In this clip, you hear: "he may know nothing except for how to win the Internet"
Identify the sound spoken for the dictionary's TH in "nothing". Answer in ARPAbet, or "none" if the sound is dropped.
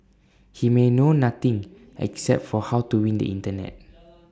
T